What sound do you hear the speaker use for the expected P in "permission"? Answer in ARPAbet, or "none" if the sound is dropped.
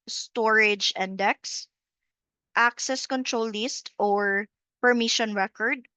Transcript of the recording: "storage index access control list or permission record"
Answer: P